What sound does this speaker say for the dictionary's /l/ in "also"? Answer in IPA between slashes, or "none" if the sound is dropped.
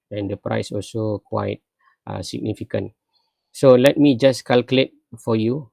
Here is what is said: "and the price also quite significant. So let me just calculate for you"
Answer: /l/